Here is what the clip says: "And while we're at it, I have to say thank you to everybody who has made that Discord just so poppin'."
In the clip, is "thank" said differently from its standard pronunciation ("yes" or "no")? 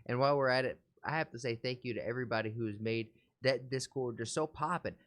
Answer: no